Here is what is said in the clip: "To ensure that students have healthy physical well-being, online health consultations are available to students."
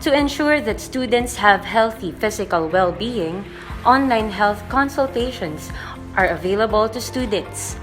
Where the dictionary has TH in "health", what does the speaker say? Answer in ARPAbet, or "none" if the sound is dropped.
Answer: TH